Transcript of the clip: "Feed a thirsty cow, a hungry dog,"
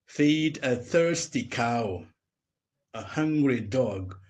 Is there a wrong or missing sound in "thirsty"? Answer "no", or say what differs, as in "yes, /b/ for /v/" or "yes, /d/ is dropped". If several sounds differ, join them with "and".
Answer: no